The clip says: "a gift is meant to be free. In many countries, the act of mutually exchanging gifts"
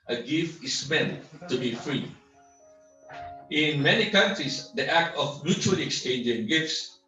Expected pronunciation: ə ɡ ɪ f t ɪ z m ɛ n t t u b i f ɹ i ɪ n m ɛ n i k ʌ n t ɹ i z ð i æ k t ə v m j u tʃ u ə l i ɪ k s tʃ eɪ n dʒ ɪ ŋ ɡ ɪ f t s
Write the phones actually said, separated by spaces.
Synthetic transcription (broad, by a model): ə ɡ ɪ f t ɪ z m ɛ n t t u b i f ɹ i ɪ n m ɛ n i k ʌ n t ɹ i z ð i æ k t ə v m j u tʃ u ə l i ɪ k s tʃ eɪ n dʒ ɪ ŋ ɡ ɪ f t s